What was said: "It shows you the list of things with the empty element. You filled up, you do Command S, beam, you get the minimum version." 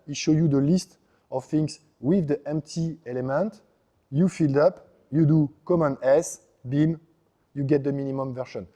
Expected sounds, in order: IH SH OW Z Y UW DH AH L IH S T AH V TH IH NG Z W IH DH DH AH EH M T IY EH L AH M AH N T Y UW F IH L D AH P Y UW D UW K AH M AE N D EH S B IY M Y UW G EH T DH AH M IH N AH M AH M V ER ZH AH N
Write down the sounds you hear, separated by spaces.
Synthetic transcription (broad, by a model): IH SH OW Y UW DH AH L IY S T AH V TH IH NG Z W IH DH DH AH EH M T IY EH L AH M AH N T Y UW F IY L D AH P Y UW D UW K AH M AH N EH S B IY M Y UW G EH T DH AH M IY N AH M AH M V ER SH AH N